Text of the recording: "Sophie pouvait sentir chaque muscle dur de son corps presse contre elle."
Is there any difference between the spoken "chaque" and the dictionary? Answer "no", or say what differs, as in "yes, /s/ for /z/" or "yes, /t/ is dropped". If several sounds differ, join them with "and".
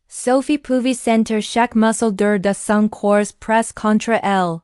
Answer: yes, /ʃ/ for /tʃ/